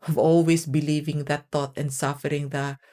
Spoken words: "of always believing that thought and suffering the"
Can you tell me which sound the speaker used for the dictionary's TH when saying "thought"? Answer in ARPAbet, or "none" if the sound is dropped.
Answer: T